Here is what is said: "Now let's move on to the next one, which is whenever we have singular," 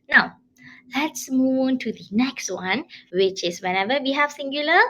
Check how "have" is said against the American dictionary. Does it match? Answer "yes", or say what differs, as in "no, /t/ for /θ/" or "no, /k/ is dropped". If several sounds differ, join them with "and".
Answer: no, /f/ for /v/